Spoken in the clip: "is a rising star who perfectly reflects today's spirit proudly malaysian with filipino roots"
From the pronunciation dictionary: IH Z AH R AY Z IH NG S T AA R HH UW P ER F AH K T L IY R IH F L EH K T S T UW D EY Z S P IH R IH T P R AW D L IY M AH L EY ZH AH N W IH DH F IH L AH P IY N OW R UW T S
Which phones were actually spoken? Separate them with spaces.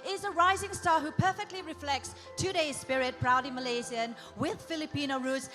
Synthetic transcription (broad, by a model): IH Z AH R AY Z IH NG S T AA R HH UW P ER F AH K T L IY R IH F L EH K T S T UW D EY Z S P IH R IH T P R AW D IY M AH L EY Z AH N W IH DH F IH L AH P IY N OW R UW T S